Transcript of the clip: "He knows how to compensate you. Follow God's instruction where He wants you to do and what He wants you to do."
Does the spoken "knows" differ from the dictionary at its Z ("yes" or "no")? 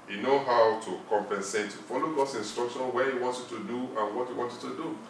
yes